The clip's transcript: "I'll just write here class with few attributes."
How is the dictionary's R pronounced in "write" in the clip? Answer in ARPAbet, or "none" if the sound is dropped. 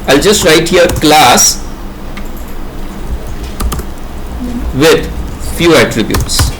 R